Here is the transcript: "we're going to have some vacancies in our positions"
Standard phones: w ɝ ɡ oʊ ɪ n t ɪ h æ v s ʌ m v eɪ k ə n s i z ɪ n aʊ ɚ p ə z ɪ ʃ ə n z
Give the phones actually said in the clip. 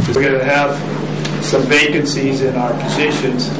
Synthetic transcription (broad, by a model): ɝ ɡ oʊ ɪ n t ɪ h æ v s ʌ m v eɪ k ə n s i z ɪ n aʊ ɚ p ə z ɪ ʃ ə n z